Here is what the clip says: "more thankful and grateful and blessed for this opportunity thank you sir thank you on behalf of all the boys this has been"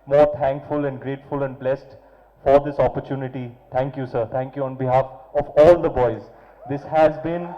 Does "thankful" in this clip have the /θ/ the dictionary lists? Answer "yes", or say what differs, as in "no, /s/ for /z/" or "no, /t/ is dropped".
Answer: no, /t/ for /θ/